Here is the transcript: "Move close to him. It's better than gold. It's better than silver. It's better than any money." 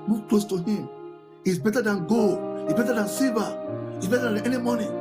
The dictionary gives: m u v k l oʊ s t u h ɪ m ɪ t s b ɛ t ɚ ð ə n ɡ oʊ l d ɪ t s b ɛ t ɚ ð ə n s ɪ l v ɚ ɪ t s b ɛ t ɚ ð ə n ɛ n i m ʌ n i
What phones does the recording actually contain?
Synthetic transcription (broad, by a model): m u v k l oʊ s t u h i m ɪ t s b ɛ t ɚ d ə n ɡ oʊ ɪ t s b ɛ t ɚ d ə n s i v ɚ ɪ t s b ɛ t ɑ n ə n ɛ n i m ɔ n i